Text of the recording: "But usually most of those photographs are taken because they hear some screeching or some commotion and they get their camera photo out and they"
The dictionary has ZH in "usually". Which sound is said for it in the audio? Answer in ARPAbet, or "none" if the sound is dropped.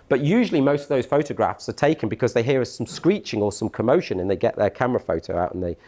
ZH